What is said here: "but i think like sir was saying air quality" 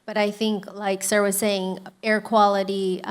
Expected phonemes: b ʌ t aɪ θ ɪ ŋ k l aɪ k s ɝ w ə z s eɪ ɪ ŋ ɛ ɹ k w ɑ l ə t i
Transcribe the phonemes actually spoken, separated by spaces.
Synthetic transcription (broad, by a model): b ʌ t aɪ θ ɪ ŋ k l aɪ k s ɝ w ə z s eɪ ɪ ŋ ɛ ɹ k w ɑ l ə t i